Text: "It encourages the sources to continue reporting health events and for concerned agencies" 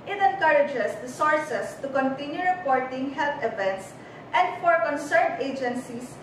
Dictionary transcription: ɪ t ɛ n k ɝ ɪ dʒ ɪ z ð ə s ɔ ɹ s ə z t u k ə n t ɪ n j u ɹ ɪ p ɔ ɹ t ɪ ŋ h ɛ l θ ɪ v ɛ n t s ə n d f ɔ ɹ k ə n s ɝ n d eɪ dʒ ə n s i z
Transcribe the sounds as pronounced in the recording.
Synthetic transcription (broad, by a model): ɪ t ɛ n k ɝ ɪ dʒ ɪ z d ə s ɔ ɹ s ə s t u k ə n t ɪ n j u ɹ ɪ p ɔ ɹ t ɪ ŋ h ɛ l t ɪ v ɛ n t s ə n d f ɔ ɹ k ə n s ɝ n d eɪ dʒ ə n s i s